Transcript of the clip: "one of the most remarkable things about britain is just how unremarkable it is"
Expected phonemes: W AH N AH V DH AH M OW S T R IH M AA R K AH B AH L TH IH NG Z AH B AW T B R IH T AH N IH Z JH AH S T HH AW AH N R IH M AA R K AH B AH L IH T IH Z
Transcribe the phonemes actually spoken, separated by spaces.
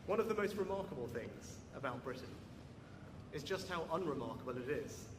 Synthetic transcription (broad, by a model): W AH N AH V DH AH M OW S T R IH M AA K AH B AH L TH IH NG Z AH B AW T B R IH T N IH Z JH AH S T HH AW AH N R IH M AA K AH B AH L IH T IH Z